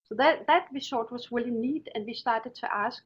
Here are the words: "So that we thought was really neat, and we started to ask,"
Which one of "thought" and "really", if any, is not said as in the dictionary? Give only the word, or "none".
thought